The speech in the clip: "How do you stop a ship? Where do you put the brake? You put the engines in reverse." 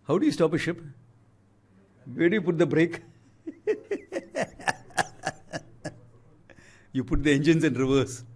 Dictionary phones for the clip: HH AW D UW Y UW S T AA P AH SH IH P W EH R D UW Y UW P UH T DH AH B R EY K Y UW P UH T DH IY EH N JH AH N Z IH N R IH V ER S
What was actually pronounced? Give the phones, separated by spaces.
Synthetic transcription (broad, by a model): HH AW D UW Y UW S T AA P AH SH IH P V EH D Y UW P UH T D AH B R EY K Y UW P UH T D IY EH N JH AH N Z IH N R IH V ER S